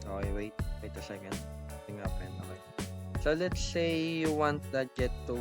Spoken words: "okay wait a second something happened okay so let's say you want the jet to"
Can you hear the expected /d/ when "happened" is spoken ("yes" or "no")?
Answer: no